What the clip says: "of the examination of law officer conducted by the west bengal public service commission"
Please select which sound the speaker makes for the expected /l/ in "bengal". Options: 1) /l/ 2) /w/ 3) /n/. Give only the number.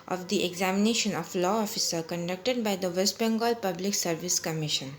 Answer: 1